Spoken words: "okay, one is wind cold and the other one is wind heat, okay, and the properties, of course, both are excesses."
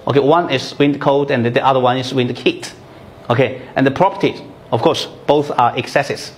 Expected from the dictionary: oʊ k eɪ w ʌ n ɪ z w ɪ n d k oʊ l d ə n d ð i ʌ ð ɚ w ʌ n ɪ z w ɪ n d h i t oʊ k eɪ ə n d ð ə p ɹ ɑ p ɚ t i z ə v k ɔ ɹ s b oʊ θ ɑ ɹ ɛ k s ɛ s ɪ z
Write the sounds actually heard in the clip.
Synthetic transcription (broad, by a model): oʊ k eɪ w ʌ n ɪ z w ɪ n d k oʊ d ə n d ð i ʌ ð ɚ w ʌ n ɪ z w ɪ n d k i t oʊ k eɪ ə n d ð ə p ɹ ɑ p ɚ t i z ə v k ɔ ɹ s b oʊ θ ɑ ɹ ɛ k s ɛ s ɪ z